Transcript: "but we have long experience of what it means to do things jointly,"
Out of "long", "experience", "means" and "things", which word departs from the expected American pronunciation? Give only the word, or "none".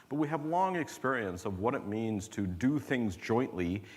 none